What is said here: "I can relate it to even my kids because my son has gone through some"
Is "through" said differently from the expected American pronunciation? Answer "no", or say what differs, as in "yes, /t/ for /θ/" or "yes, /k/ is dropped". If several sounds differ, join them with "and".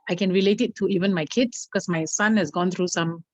yes, /t/ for /θ/